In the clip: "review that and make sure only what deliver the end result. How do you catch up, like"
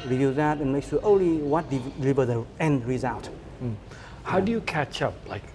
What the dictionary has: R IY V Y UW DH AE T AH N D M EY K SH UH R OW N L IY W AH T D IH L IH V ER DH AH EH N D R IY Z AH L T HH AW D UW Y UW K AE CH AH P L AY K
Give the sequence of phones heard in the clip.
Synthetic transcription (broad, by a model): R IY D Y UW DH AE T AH N M EY K S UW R OW N L IY W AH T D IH L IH V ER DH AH EH N D R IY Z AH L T HH AW D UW Y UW K AE CH AH P L AY K